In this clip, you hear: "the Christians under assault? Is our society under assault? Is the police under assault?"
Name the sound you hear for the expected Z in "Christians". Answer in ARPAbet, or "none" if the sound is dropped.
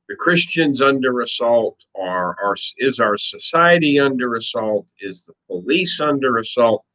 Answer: Z